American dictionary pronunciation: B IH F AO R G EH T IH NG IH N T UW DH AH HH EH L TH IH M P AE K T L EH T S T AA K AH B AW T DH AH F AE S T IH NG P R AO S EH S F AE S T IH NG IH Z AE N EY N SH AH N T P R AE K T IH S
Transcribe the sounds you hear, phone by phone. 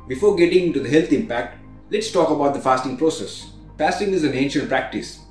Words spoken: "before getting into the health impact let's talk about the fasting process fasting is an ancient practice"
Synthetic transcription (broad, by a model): B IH F AO R G EH T IH NG IH N T UW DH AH HH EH L T IH M P AE K T L EH T S T AA K AH B AW T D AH F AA S T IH NG P R AO S EH S F AE S T IH NG IH Z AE N EY N SH AH N T P R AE K T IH S